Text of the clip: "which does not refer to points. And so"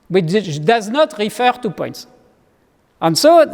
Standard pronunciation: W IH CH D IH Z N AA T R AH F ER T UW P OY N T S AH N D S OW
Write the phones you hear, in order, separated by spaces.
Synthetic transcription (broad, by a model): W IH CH D IH Z N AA T R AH F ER T UW P OY N T S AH N S OW